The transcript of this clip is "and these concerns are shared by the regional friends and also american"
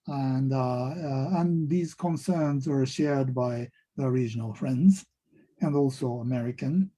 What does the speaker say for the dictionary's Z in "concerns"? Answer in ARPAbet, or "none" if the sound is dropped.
Z